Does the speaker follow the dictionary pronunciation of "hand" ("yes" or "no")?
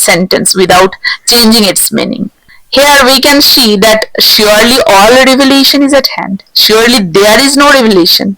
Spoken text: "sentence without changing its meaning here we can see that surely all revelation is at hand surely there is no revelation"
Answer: yes